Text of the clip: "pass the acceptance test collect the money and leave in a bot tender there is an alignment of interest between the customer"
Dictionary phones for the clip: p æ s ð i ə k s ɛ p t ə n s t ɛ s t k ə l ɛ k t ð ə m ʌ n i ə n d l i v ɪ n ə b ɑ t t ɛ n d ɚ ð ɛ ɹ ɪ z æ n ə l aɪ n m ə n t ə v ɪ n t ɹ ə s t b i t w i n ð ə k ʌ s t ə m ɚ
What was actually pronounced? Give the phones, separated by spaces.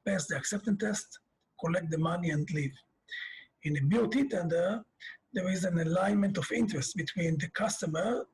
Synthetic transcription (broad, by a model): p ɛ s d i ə k s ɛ p t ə n t ɛ s t k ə l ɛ k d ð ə m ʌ n i ə n d l i v ɪ n ə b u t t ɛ n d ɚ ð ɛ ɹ ɪ z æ n ə l aɪ n m ə n t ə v ɪ n t ɹ ə s t b i t w i n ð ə k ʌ s t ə m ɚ